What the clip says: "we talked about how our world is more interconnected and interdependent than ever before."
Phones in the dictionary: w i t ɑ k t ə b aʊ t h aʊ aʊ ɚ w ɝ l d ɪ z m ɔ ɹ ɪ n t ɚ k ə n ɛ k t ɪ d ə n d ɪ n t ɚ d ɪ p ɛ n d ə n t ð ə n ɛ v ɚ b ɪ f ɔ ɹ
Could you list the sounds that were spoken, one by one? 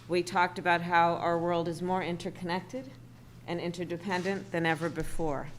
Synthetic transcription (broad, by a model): w i t ɑ k t ə b aʊ t h aʊ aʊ ɚ w ɝ l d ɪ z m ɔ ɹ ɪ n t ɚ k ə n ɛ k t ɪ d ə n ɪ n t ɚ d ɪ p ɛ n d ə n ð ə n ɛ v ɚ b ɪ f ɔ ɹ